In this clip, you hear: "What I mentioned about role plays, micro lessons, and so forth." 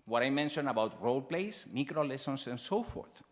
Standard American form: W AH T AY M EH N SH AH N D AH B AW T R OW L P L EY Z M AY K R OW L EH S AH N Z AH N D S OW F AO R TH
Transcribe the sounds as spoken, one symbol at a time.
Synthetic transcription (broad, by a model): W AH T AY M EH N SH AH N AH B AW T R OW L P L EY S M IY K R OW L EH S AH N S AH N S OW F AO R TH